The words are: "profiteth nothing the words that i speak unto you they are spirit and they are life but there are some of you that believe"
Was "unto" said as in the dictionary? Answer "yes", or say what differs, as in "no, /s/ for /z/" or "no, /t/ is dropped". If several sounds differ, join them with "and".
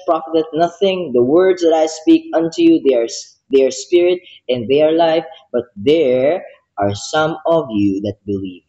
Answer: yes